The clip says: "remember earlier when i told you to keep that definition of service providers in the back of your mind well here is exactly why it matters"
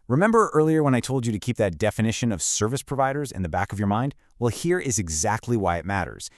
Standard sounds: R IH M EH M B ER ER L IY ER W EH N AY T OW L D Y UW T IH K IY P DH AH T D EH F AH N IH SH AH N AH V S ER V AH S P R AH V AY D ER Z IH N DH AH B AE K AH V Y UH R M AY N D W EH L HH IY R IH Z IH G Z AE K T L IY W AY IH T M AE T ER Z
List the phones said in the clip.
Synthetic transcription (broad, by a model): R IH M EH M B ER ER L IY ER W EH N AY T OW L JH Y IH T IH K IY P DH AH T D EH F AH N IH SH AH N AH V S ER V AH S P R AH V AY D ER Z IH N DH AH B AE K AH V Y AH R M AY N D W EH L HH IY R IH Z IH G Z AE K T L IY W AY IH T M AE T ER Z